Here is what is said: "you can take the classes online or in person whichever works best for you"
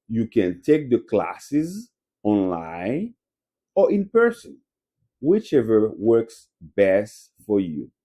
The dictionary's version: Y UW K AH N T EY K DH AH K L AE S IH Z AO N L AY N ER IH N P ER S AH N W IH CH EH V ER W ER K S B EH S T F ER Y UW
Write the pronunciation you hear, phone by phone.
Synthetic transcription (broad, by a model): Y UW K AH N T EY K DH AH K L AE S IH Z AO N L AY N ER IH N P ER S AH N W IH CH EH V ER W ER K S B EH S T F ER Y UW